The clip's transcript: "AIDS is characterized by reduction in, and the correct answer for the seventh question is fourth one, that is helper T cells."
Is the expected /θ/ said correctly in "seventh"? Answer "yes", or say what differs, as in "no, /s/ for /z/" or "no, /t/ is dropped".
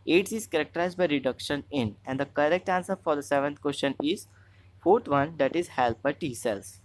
no, /t/ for /θ/